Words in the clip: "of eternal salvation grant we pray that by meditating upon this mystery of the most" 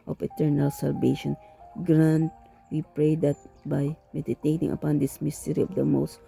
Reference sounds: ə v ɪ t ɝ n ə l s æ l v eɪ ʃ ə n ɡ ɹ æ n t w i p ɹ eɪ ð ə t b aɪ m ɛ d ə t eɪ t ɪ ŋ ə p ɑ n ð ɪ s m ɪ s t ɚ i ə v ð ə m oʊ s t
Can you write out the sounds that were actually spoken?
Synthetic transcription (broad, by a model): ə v ɪ t ɝ n ə l s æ l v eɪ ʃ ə n ɡ ɹ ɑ n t w i p ɹ eɪ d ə t b aɪ m ɛ d ə t eɪ t ɪ ŋ ə p ɑ n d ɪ s m ɪ s t ɚ i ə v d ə m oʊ s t